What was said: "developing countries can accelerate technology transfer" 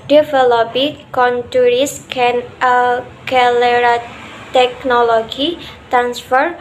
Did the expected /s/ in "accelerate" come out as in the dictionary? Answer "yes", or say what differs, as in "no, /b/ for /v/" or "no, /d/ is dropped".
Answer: no, /s/ is dropped